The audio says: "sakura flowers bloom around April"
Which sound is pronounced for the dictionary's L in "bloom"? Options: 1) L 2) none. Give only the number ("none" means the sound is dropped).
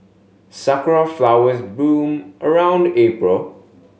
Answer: 2